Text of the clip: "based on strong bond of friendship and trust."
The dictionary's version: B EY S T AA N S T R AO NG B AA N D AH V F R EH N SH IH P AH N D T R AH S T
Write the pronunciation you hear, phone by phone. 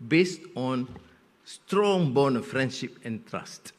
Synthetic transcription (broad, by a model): B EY S T AA N S T R AO NG B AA N AH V F R EH N SH IH P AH N T R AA S T